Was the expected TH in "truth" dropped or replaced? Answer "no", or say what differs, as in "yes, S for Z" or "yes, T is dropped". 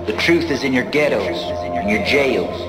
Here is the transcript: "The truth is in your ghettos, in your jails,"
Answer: no